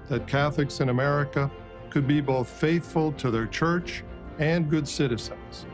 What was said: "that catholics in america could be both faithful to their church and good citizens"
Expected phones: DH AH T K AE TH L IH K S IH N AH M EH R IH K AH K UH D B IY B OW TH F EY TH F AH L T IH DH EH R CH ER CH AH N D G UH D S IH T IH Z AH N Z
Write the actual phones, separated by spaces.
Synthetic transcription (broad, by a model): DH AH T K AE TH L IH K S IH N AH M EH R IH K AH K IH D B IY B OW TH F EY TH F AH L T IH DH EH R CH ER CH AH N G UH D S IH T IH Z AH N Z